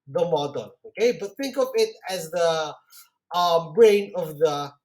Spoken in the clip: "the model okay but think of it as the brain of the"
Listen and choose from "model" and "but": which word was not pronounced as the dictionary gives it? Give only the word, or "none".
model